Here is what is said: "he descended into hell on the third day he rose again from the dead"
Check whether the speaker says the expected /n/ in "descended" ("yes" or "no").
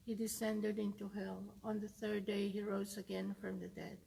yes